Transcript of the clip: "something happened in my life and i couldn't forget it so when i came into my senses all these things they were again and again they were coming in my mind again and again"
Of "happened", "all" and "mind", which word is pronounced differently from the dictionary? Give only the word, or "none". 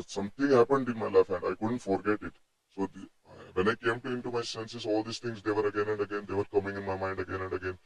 none